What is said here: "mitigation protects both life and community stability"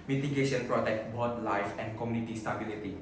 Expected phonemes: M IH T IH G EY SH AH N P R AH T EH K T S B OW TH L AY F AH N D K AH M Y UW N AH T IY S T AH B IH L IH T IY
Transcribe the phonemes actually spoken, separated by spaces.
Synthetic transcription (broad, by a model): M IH T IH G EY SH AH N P R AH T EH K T B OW T L AY F AH N D K AH M Y UW N AH T IY S T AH B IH L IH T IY